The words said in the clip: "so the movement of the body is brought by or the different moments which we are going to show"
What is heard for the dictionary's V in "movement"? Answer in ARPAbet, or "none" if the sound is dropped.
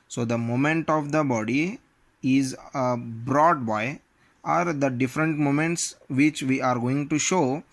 none